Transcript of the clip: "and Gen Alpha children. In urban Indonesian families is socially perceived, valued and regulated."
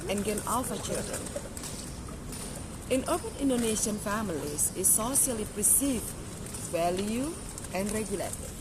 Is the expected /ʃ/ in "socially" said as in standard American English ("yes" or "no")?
no